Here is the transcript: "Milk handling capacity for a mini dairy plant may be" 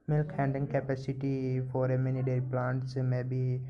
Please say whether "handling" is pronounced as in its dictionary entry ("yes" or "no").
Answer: no